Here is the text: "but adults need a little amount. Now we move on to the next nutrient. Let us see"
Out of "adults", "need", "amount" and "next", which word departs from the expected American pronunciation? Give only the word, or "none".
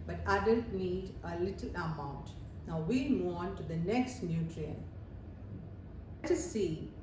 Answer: adults